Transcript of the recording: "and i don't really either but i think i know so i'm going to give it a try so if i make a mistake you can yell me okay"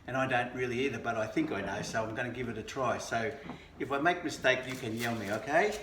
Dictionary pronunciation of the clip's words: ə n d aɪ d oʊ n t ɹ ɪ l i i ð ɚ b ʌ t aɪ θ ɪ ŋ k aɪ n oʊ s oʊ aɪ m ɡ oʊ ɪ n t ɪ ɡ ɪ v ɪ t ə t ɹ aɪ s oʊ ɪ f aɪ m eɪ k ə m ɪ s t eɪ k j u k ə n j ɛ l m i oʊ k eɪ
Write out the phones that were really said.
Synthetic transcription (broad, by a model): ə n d aɪ d oʊ n t ɹ ɪ l i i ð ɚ b ʌ t aɪ θ ɪ ŋ k aɪ n oʊ s oʊ aɪ m ɡ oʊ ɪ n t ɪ ɡ ɪ v ɪ t ə t ɹ aɪ s oʊ ɪ f aɪ m eɪ k m ɪ s t eɪ k j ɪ k ə n j ɛ l m i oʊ k eɪ